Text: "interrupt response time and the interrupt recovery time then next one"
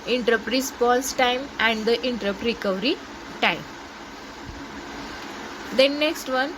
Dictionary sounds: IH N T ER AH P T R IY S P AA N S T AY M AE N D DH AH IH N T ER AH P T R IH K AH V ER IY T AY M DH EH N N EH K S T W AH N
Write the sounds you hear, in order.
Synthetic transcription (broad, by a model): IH N T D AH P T R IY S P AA L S T AY M AE N D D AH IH N T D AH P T R IH K AH V ER IY T AY M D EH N N EH K S T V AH N